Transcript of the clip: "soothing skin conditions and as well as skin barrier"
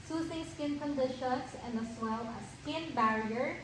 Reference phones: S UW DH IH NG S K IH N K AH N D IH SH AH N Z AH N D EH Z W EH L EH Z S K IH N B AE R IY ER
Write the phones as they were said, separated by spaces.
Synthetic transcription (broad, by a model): S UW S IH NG S K IH N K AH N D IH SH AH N S AH N D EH S W EH L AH S K IH N B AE R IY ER